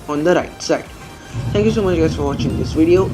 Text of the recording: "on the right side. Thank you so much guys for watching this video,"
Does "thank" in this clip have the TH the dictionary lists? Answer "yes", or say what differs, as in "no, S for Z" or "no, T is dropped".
no, T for TH